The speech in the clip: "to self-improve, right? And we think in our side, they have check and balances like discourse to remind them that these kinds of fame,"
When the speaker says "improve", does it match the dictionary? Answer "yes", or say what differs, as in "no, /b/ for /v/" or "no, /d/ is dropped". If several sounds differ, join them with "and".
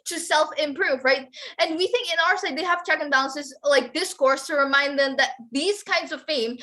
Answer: yes